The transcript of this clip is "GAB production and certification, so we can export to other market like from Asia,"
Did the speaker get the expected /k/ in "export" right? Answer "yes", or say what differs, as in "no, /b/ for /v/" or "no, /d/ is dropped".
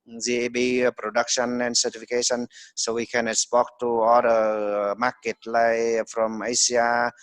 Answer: no, /k/ is dropped